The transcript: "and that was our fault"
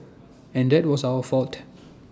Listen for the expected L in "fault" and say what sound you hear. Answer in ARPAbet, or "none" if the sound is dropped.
L